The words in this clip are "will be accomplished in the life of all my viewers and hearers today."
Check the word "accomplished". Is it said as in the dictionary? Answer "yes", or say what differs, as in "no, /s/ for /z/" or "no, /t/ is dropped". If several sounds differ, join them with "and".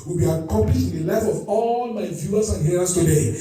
no, /m/ is dropped